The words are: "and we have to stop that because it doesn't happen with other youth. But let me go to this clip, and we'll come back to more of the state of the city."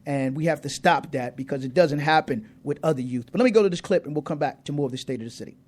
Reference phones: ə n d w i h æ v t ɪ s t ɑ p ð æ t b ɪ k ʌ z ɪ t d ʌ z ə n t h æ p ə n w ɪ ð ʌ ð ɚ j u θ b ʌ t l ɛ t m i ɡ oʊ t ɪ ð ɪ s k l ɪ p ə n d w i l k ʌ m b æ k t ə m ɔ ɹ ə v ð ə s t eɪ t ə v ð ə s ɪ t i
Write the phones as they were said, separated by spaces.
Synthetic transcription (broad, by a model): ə n w i h æ f t ɪ s t ɑ p ð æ t b ɪ k ʌ z ɪ t d ʌ z ə n t h æ p ə n w ɪ ð ʌ ð ɚ j u θ b ʌ t l ɛ t m i ɡ oʊ t ɪ ð ɪ s k l ɪ p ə n w i l k ʌ m b æ k t ə m ɔ ɹ ə v ð ə s t eɪ t ə v ð ə s ɪ t i